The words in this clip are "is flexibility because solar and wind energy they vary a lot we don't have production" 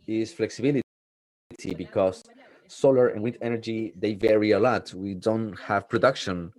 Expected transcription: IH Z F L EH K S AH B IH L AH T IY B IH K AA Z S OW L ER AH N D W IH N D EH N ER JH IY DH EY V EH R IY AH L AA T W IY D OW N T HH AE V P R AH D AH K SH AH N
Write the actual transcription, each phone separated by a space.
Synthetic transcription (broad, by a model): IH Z F L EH K S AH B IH L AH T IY B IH K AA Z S OW L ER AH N W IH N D EH N ER JH IY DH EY V EH R IY AH L AA T W IY D OW N T HH AE V P R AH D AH K SH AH N